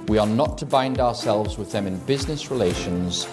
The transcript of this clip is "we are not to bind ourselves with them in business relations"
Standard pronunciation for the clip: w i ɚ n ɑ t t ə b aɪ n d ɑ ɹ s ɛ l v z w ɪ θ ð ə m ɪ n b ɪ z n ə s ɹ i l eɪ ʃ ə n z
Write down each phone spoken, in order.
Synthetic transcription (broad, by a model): w i ɚ n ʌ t t ə b aɪ n d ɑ ɹ s ɛ l v z w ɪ ð ə m ɪ n b ɪ z n ə s ɹ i l eɪ ʃ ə n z